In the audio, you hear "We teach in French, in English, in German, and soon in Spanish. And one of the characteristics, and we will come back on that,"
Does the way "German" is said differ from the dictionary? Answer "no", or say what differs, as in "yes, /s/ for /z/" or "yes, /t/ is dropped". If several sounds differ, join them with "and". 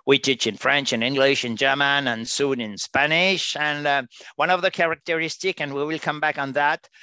no